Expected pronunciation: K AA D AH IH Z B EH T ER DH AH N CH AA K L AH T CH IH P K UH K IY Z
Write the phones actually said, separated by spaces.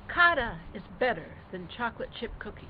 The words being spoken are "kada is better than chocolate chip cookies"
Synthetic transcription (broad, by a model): K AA D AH IH Z B EH T ER DH AH N CH AA K L AH T CH IH P K UH K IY